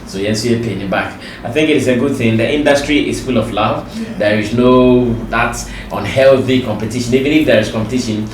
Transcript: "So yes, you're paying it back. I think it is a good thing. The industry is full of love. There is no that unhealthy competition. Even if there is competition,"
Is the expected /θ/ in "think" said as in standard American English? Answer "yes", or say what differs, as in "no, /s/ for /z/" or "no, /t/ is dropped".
yes